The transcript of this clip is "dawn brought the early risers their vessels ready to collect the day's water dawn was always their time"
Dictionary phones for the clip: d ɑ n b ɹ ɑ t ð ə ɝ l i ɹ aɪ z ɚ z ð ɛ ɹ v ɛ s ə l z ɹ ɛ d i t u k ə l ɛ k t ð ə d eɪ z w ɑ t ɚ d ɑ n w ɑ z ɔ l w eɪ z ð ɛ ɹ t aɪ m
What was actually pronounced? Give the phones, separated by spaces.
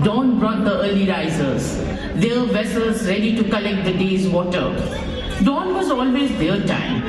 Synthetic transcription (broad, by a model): d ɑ n b ɹ ɑ t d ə ɝ l i ɹ aɪ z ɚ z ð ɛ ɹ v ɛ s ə l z ɹ ɛ d i t u k ə l ɛ k t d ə d eɪ z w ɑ t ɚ d ɑ n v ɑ z ɔ l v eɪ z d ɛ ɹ t aɪ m